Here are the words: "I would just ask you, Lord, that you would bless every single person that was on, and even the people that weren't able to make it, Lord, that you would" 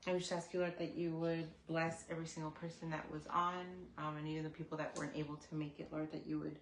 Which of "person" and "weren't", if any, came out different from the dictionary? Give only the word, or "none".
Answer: none